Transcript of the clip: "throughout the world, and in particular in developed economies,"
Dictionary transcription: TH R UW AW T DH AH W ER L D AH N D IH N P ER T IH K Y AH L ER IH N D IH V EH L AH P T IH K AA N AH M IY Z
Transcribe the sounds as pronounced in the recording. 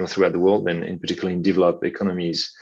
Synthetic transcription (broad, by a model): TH R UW AW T DH AH W ER L D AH N IH N P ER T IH K Y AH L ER IH N D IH V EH L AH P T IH K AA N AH M IY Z